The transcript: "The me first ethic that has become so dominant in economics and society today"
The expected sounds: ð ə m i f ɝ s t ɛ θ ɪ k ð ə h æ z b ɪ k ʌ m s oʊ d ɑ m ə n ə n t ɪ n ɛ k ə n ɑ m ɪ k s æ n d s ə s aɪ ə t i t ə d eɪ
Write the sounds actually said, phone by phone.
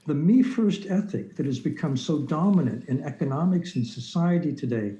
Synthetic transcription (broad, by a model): ð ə m i f ɝ s t ɛ θ ɪ k ð ə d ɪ z b ɪ k ʌ m s oʊ d ɑ m ə n ə n t ɪ n ɛ k ə n ɑ m ɪ k s n s ə s aɪ ə t i t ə d eɪ